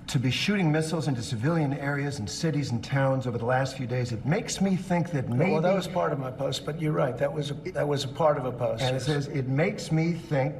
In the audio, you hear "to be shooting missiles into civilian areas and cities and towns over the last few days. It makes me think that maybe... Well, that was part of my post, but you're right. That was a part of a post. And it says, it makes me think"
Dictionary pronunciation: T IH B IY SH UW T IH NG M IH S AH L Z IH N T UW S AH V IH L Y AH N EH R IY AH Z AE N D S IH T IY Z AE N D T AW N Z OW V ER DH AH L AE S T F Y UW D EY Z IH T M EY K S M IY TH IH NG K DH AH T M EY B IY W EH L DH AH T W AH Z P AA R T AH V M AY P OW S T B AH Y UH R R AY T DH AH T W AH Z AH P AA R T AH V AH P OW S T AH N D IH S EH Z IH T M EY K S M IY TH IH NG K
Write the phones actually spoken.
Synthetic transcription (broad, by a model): T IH B IY SH UW T IH NG M IH S L Z IH N T UW S AH V IH L Y AH N EH R IY AH Z N S IH T IY Z N T AW N Z OW V ER DH AH L AE S T F Y UW D EY Z IH T M EY K S M IY TH IH NG K DH AH T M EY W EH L DH AH T W AH Z P AA R T AH V M AY P OW S T B AH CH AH R R AY T DH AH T W AH Z AH P AA R T AH V AH P OW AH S IH S EH Z IH T M EY K S M IY TH IH NG K